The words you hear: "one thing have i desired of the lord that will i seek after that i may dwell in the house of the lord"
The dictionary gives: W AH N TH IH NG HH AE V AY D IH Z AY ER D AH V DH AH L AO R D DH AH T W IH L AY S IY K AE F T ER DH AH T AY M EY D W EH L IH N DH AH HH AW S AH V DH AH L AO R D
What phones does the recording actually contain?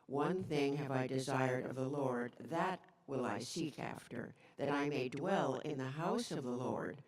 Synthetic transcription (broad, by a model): W AH N TH IH NG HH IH V AY D IH Z AY ER D AH V DH AH L AO R D DH AH T W IH L AY S IY K AE F T ER DH AH T AY M EY D W EH L IH N DH AH HH AW S AH V DH AH L AO R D